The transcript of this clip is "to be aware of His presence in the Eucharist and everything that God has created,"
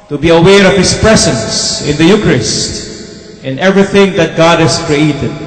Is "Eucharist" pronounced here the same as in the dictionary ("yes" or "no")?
yes